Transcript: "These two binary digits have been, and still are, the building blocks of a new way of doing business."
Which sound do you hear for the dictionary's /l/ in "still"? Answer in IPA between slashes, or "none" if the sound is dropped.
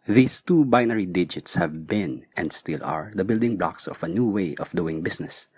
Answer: /l/